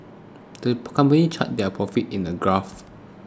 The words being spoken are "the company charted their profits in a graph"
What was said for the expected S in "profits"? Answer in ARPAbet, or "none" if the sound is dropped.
none